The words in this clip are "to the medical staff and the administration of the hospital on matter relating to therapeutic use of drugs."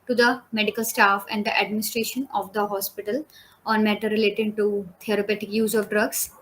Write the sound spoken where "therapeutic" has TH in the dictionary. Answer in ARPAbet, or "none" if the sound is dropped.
T